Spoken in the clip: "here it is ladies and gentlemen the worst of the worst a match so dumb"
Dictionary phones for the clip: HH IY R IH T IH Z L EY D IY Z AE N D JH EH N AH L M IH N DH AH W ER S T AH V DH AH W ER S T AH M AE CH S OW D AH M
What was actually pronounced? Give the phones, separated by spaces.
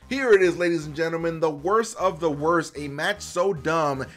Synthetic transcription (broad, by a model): HH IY R IH T IH Z L EY D IY Z N JH EH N L M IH N DH AH W ER S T AH V DH AH W ER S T AH M AE CH S OW D AH M